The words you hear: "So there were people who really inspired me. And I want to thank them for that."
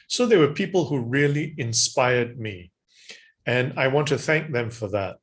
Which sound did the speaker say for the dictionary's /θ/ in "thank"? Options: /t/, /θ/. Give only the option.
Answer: /θ/